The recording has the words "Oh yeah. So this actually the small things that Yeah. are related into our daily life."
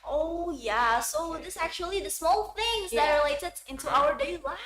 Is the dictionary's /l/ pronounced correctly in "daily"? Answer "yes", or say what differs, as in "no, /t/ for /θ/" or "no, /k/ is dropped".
no, /l/ is dropped